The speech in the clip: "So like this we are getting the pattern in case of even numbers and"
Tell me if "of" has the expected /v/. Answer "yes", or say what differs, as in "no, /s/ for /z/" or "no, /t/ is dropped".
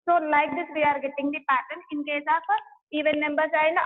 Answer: no, /p/ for /v/